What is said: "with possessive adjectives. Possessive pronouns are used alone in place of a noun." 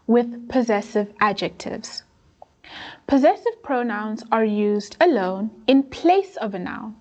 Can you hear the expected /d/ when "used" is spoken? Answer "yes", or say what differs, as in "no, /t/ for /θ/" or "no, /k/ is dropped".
yes